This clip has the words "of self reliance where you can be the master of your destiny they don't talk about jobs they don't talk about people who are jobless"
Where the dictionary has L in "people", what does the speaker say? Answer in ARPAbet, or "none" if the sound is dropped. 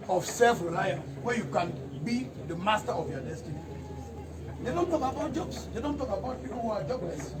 N